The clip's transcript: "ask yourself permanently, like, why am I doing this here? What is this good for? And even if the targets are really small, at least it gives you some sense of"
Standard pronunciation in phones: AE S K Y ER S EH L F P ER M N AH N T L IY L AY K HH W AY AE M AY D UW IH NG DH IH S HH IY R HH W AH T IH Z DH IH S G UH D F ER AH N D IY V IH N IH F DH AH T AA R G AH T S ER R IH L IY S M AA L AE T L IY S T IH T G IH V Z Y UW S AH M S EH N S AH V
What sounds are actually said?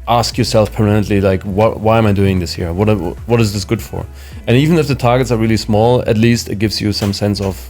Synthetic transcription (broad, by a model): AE S K Y ER S EH L F P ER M AH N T L IY L AY K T W AY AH M AY D UW IH NG DH IH S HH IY R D W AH T IH Z DH IH S G UH D F ER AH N IY V IH N IH F DH AH T AA R G AH T S ER R IH L IY S M AA L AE T L IY S T IH T G IH V Z Y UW S AH M S EH N S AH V